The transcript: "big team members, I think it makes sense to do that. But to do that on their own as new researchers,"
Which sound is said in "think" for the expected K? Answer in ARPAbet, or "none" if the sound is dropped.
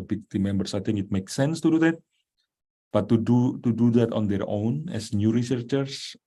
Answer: none